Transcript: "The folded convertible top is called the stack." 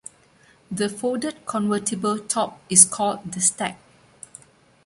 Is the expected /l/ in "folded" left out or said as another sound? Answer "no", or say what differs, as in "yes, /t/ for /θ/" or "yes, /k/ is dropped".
yes, /l/ is dropped